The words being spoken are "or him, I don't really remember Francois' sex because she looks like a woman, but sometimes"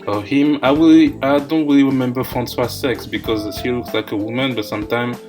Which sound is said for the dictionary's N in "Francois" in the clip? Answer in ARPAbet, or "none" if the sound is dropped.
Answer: N